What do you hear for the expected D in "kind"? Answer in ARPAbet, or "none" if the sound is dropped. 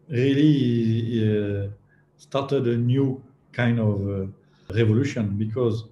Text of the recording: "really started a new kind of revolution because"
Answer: D